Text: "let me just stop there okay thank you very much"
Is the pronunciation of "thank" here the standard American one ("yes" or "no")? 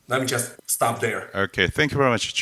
yes